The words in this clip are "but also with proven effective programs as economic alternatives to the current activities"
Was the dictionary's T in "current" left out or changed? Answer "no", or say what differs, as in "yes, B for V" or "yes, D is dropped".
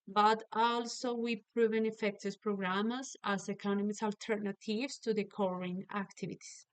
yes, T is dropped